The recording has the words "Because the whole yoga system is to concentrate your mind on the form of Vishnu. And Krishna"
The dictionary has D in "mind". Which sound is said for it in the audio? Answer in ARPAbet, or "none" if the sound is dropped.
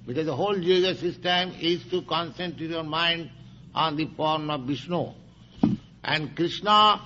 D